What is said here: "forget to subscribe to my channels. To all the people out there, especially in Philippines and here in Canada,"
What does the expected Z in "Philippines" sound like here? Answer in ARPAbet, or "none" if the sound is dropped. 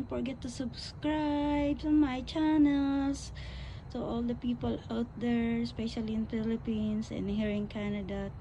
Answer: S